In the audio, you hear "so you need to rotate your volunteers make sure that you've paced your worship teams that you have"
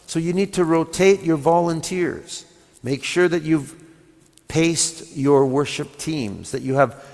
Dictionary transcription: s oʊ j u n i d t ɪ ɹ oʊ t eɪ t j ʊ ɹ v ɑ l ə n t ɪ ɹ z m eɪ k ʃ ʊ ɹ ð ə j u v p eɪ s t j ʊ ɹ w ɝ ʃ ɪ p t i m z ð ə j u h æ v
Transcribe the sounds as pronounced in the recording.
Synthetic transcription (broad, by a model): s oʊ j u n i d t ɪ ɹ oʊ t eɪ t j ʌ ɹ v ɑ l ə n t ɪ ɹ z m eɪ k ʃ ʊ ɹ ð ə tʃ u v p eɪ s t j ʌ ɹ w ɝ ʃ ɪ p t i m z ð ə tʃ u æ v